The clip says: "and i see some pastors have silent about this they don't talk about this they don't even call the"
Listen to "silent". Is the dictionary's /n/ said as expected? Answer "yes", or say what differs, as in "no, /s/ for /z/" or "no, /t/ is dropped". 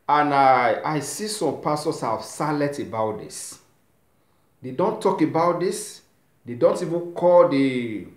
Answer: no, /n/ is dropped